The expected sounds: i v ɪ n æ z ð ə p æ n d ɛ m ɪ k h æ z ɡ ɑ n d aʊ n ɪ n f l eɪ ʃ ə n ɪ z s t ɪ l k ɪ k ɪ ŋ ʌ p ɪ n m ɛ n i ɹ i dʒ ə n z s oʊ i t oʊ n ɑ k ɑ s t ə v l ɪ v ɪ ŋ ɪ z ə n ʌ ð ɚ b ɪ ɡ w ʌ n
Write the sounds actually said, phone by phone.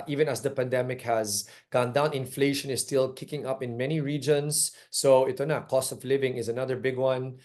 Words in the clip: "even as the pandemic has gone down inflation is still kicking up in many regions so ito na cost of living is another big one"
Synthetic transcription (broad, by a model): i v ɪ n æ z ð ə p æ n d ɛ m ɪ k h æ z ɡ ɑ n d aʊ n ɪ n f l eɪ ʃ ə n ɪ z s t ɪ l k ɪ k ɪ ŋ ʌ p ɪ n m ɛ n i ɹ i dʒ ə n s oʊ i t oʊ n ɑ k ɑ s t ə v l ɪ v ɪ ŋ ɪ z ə n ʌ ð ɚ b ɪ ɡ w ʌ n